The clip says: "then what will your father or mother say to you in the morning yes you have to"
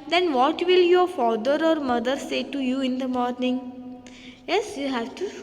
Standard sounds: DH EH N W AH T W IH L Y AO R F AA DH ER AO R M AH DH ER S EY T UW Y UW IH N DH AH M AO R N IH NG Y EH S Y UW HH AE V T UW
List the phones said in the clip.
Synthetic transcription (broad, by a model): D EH N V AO T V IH L Y AO R F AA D ER AO R M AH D ER S EY T UW Y UW IH N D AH M AO R N IH NG Y EH S Y UW HH AE V T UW